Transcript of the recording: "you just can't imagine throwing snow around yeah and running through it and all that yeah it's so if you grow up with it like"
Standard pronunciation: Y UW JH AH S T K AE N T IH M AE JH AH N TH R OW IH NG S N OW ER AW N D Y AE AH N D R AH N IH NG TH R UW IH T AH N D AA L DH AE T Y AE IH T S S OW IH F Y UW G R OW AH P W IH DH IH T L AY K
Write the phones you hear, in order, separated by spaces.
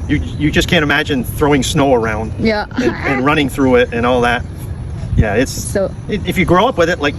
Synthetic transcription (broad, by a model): Y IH JH AH S K AE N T IH M AE JH AH N TH R OW IH NG S N OW ER AW N D Y AE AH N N R AH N IH NG TH R UW IH T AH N AA L DH AE T Y AE IH T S S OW IH F Y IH G R OW AH P W IH DH IH T L AY K